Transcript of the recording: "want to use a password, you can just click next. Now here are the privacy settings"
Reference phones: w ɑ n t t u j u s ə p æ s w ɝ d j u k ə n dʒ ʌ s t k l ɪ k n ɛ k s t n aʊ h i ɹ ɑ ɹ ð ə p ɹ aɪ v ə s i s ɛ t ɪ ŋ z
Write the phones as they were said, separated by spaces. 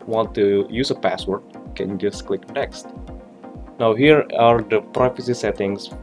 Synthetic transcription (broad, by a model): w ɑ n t t u j u s ə p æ s w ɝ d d k ə n dʒ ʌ s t k l ɪ k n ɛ k s t n aʊ h i ɹ ɑ ɹ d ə p ɹ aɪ f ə s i s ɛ t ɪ ŋ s